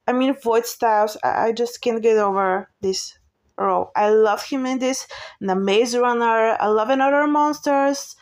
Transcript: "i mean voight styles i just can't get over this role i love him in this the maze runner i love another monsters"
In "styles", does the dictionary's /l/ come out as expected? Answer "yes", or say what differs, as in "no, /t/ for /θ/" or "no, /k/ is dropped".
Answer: no, /l/ is dropped